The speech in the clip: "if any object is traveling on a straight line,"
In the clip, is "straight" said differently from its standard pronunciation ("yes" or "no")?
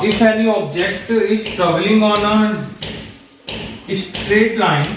no